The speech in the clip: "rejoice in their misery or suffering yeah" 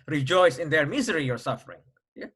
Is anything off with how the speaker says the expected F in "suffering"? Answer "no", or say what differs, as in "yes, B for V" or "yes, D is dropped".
no